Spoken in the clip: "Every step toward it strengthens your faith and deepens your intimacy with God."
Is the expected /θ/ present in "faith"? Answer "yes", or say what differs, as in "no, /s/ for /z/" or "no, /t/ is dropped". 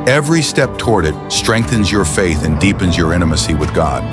yes